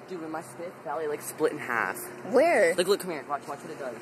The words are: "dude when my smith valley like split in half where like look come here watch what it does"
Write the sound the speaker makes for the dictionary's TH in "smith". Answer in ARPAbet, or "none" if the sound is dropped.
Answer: F